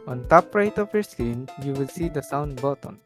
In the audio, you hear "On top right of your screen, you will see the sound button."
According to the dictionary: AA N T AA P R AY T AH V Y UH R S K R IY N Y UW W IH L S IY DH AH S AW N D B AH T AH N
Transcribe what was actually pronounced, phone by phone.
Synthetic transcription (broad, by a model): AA N T AA P R AY T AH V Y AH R S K IY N Y UW W IH L S IY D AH S AW N D B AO T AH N